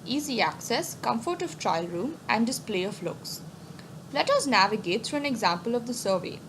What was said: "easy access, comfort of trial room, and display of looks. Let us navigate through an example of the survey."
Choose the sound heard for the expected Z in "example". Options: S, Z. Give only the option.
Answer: Z